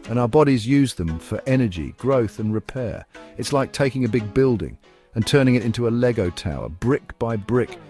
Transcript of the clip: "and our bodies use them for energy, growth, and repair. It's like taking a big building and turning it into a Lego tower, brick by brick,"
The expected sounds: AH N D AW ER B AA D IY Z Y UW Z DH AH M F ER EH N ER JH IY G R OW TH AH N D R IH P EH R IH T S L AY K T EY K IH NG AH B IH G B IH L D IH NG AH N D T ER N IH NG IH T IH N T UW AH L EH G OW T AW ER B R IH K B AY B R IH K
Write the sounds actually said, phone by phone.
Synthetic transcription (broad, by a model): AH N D AW ER B AA D IY Z Y UW Z DH AH M F ER EH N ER JH IY G R OW TH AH N R IH P EH R IH T S L AY K T EY K IH NG AH B IH G B IH L D IH NG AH N T ER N IH NG IH T IH N T UW AH L EH G OW T AW ER B R IH K B AY B R IH K